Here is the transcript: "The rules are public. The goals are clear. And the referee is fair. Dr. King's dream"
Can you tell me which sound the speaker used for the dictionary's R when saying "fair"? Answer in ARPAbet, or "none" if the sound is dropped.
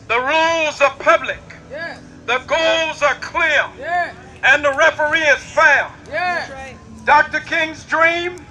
L